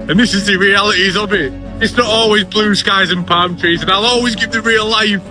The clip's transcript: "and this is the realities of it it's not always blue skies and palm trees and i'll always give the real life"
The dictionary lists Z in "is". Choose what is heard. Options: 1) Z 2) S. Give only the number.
1